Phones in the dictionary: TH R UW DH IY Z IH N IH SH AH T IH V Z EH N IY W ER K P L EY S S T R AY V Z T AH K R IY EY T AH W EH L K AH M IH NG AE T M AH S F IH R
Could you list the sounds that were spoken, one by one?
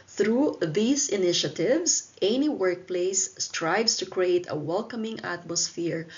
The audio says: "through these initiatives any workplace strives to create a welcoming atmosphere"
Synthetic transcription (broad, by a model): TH R UW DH IY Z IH N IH SH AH T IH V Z EH N IY W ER K P L EY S S T R AY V S T AH K R IY EY T AH W EH L K AH M IH NG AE T M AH S F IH R